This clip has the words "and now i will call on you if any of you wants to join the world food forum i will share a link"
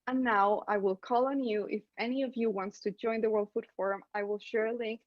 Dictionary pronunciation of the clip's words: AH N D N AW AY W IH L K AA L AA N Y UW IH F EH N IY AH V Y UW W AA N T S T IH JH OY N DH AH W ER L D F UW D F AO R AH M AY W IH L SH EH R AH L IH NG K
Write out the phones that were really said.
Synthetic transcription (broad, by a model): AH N N AW AY W IH L K AA L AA N Y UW IH F EH N IY AH V Y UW W AA N T S T IH JH OY N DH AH W ER L D F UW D F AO R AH M AY W IH L SH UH R L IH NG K